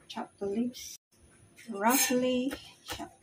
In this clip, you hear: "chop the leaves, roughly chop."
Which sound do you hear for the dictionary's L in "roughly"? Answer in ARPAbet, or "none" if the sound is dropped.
L